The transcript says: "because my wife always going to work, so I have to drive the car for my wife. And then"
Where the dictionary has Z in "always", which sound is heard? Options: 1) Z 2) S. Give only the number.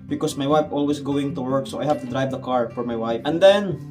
2